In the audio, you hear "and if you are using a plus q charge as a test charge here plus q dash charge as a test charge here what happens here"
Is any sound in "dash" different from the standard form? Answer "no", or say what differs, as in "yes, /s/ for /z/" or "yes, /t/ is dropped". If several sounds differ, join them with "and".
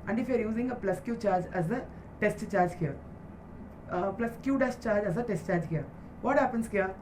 yes, /s/ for /ʃ/